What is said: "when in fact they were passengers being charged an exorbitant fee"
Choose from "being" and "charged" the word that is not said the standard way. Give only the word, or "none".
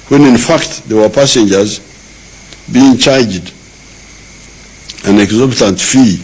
none